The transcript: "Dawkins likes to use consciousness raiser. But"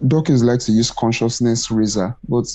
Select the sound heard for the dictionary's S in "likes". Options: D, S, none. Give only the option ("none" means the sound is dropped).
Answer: none